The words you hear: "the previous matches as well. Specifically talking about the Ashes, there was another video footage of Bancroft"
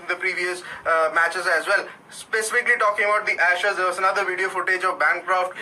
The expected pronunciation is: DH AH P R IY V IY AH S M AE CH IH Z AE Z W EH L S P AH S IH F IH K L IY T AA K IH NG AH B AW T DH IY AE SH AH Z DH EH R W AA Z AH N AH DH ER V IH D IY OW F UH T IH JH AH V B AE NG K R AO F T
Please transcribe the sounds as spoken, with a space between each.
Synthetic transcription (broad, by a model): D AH P R IY V IY AH S M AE CH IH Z AE Z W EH L S P AH S IH F IH K L IY T AA K IH NG AH B AW T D IY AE SH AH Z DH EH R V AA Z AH N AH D ER V IH D IY OW F UH T IH JH AH V B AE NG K R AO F T